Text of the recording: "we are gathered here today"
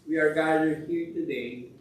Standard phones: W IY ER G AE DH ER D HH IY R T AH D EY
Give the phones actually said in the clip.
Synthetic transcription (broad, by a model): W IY ER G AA IH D HH IY R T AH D EY